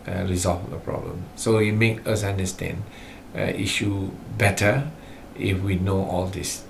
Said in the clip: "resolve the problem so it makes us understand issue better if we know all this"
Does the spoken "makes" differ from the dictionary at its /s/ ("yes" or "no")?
yes